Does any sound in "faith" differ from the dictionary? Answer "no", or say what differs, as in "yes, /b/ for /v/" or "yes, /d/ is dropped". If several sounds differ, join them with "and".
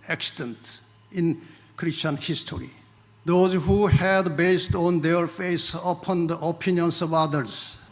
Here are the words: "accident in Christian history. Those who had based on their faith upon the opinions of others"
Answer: yes, /s/ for /θ/